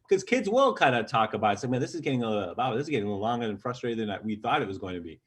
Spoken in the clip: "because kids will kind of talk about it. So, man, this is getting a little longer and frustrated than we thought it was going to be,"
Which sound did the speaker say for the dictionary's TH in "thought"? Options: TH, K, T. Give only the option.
TH